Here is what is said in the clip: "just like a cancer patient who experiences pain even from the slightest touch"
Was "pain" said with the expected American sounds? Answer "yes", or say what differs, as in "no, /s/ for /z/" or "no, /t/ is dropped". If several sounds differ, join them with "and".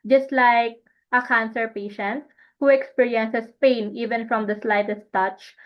yes